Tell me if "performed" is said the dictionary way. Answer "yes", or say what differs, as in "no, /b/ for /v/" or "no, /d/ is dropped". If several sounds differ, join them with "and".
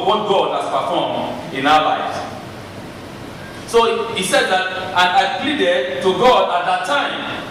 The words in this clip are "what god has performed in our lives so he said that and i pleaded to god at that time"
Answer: no, /d/ is dropped